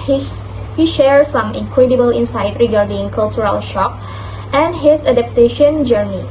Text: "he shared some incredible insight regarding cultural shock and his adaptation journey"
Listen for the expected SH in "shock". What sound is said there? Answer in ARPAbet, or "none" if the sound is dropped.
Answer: SH